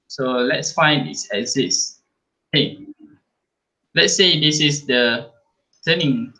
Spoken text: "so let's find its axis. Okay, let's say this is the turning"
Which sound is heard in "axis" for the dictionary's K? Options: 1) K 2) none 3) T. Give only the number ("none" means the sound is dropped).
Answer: 2